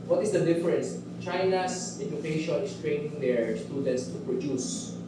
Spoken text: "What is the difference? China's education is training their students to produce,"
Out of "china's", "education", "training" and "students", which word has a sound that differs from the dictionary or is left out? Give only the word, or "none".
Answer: china's